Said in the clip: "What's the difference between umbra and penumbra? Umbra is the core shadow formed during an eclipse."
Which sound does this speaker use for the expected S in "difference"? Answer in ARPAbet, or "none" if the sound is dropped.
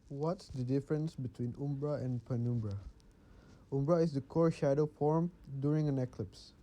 S